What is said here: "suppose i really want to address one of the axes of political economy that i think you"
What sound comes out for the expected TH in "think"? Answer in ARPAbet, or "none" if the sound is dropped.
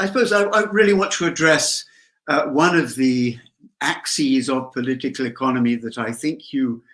TH